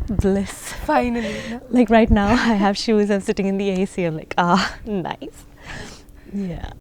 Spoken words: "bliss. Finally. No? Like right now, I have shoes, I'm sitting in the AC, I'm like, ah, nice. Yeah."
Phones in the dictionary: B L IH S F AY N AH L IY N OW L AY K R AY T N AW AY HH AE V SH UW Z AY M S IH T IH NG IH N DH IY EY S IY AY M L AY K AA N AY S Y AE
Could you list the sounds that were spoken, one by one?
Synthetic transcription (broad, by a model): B L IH S F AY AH IY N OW L AY K R AY T N AW AY HH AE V SH UW Z AY M S IH T IH NG IH N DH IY EY S IY AY M L AY K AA N AY S Y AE